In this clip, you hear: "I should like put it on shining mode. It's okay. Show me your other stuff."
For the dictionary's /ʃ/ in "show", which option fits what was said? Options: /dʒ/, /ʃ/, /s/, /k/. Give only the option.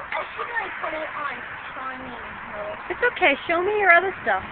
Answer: /ʃ/